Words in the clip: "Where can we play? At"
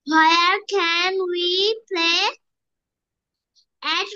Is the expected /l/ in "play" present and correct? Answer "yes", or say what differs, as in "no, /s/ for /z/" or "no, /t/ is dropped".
yes